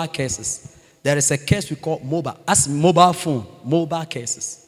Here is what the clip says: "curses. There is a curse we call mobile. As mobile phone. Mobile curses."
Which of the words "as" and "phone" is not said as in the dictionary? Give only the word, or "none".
as